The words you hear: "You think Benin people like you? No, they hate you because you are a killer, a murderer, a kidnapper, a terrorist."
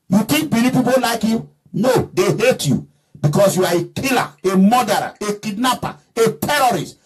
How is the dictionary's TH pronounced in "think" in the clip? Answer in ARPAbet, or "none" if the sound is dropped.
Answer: T